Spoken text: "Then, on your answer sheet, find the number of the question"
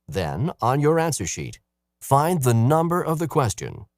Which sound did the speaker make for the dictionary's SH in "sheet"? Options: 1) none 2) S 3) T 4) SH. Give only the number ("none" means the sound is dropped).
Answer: 4